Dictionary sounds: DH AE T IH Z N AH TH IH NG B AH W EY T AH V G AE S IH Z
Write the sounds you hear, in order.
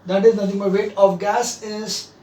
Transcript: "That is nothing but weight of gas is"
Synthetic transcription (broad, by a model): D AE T IH Z N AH T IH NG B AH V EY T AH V G AE S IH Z